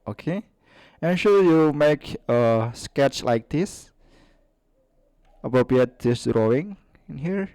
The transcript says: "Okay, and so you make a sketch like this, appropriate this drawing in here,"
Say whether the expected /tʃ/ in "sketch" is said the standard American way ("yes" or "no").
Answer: yes